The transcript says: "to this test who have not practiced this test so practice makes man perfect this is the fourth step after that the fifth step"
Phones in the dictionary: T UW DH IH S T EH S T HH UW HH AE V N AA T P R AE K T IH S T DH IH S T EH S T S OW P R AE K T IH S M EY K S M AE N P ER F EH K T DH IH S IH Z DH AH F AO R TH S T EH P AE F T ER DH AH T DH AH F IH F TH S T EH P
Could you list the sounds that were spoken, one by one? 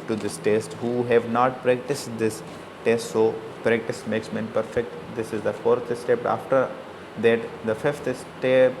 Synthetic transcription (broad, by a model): T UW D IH S T EH S T HH UW HH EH V N AA T P R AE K T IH S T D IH S T EH S T S OW P R AE K T IH S M EY K S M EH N P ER F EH K T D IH S IH Z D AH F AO R T S T EH P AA F T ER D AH T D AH F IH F T S T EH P